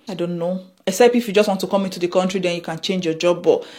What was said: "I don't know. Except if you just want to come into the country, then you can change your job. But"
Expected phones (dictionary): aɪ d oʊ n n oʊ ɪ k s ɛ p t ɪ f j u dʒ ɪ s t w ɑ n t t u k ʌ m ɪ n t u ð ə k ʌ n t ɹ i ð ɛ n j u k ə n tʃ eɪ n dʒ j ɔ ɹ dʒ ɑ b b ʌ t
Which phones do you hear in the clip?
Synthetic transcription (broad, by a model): aɪ d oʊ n n oʊ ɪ s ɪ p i ɪ f j u dʒ ɪ s t w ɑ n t t u k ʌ m ɪ n t u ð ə k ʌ n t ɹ i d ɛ n j u k ə n tʃ eɪ n dʒ j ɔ dʒ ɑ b b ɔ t